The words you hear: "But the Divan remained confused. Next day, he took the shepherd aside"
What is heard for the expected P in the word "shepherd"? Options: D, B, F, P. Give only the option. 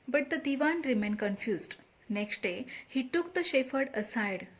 F